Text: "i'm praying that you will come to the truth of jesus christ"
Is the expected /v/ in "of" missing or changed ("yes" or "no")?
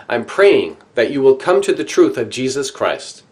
no